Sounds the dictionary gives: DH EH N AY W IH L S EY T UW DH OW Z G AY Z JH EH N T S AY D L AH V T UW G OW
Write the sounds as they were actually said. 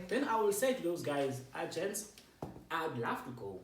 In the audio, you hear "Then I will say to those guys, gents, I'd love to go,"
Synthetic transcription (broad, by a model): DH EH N AY W IH L S EY T UW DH OW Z G AY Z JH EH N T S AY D L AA F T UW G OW